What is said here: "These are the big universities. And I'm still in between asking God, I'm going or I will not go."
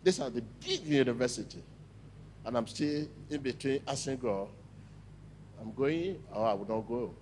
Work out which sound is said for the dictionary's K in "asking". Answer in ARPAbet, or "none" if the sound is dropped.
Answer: none